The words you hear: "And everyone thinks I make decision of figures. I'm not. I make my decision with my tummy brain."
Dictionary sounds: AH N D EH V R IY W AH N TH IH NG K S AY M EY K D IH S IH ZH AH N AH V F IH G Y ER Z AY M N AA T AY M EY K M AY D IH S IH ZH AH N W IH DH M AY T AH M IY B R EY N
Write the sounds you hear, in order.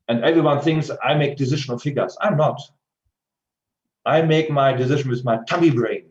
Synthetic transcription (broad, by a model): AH N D EH V R IY W AH N TH IH NG K S AY M EY K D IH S IH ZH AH N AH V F IH G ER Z AY M N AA T AY M EY K M AY D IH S IH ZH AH N W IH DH M AY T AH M IY B R EY N